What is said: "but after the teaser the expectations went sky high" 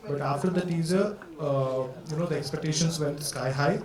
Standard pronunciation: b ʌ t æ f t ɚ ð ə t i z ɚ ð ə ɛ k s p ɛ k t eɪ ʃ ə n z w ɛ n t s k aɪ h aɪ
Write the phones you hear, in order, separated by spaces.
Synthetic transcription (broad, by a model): b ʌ t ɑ f t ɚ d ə t i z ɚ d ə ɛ k s p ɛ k t eɪ ʃ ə n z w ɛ l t s k aɪ h aɪ